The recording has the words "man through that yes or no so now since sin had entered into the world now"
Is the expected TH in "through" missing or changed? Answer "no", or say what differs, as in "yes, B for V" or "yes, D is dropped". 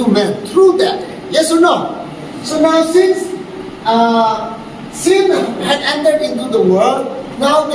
yes, T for TH